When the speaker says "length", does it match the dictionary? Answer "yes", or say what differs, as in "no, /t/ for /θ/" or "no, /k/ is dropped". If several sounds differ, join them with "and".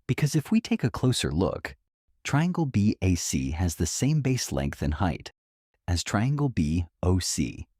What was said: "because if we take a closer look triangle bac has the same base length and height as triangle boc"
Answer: yes